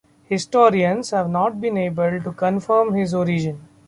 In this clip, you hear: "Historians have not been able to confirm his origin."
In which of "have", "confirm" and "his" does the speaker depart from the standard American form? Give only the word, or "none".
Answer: none